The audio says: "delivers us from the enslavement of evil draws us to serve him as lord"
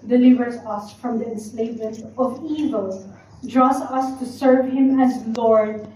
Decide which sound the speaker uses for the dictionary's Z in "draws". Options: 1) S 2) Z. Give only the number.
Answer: 1